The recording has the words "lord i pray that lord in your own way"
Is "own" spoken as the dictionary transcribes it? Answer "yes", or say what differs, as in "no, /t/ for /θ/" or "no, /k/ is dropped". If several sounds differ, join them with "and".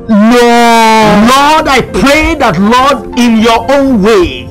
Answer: yes